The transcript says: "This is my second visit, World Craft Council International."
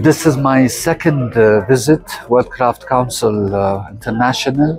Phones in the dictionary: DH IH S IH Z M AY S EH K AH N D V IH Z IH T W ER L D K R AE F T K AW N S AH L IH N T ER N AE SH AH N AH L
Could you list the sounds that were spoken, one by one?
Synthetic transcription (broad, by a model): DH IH S IH Z M AY S EH K AH N D V IH Z IH T W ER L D K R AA F T K AW N S AH L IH N T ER N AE SH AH N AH L